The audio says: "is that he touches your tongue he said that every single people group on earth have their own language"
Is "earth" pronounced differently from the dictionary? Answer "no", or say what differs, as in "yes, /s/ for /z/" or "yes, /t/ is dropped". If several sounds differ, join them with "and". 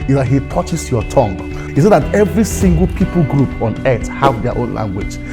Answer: yes, /t/ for /θ/